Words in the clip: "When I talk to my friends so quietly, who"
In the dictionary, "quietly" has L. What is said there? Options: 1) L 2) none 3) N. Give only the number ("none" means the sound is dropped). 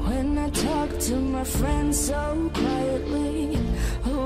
1